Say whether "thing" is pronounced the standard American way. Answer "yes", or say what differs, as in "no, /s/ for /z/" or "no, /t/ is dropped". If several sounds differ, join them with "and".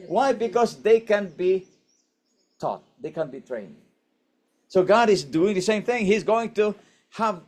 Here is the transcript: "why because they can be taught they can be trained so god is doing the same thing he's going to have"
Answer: yes